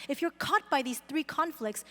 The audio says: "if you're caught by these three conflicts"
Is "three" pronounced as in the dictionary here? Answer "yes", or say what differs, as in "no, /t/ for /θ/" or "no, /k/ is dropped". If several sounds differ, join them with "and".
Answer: yes